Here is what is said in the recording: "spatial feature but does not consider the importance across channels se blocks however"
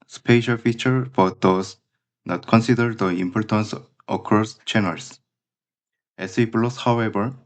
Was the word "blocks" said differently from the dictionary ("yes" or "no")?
yes